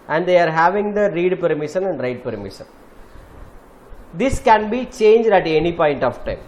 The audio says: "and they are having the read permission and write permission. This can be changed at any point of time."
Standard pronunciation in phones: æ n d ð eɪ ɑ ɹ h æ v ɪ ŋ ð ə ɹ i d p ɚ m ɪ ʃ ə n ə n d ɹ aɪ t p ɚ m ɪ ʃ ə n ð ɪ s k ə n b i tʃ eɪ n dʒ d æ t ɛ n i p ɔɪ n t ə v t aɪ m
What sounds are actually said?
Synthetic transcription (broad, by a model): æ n d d eɪ ɑ ɹ h æ v ɪ ŋ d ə ɹ i d p ɚ m ɪ ʃ ə n ə n d ɹ aɪ t p ɚ m ɪ ʃ ə n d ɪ s k ə n b i tʃ eɪ n dʒ d æ t ɛ n i p ɔɪ n t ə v t aɪ m